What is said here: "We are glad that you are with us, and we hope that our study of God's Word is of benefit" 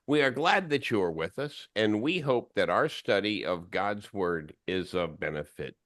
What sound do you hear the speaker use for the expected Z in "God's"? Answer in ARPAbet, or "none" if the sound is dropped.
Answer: Z